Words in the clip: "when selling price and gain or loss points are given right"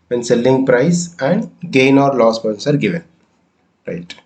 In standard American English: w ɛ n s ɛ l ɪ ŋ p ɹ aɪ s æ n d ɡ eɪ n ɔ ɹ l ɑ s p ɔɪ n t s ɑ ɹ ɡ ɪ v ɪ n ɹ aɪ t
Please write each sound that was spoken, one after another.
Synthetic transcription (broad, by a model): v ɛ n s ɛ l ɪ ŋ p ɹ aɪ s æ n d ɡ eɪ n ɔ ɹ l ɑ s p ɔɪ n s ɑ ɹ ɡ ɪ v ɪ n ɹ aɪ t